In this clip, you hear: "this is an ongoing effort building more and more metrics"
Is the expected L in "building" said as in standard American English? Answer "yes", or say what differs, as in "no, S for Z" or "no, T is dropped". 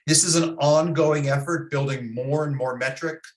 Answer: yes